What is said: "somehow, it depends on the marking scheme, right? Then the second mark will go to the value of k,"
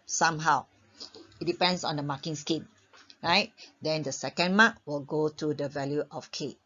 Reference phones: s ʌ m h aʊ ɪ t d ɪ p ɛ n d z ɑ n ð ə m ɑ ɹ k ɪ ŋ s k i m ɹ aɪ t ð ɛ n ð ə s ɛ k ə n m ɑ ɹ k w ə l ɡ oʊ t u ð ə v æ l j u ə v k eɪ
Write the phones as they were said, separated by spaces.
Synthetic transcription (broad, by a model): s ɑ m h aʊ ɪ t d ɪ p ɛ n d s ɑ n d ə m ɑ k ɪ ŋ s k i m ɹ aɪ t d ɛ n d ə s ɛ k ə n m ɑ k w ə l ɡ oʊ t u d ə v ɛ l j u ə f k eɪ